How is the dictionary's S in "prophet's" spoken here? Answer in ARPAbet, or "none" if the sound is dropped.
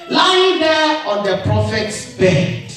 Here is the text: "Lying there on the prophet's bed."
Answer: S